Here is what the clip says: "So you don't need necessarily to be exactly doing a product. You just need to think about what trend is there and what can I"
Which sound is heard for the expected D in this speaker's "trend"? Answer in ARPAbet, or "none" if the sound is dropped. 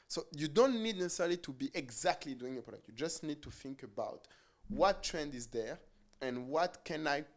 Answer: D